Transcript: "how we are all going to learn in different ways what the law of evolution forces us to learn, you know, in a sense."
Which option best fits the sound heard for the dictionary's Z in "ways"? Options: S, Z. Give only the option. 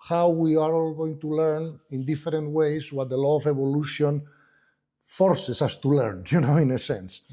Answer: S